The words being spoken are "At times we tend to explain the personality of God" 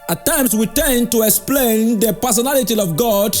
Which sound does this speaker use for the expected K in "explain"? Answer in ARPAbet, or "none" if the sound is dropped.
K